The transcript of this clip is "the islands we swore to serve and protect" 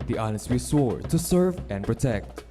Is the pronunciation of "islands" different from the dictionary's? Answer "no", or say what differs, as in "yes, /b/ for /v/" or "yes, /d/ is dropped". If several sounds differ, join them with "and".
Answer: yes, /n/ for /l/